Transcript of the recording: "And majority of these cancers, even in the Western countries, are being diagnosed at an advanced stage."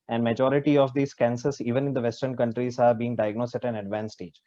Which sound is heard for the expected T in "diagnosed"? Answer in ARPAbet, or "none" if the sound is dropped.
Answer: none